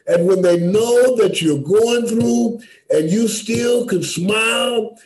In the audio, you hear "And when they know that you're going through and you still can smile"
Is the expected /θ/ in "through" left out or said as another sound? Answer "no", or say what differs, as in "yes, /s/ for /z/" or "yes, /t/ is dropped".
no